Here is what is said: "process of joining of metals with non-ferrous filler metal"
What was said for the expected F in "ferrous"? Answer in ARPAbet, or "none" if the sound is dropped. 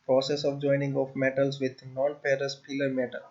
P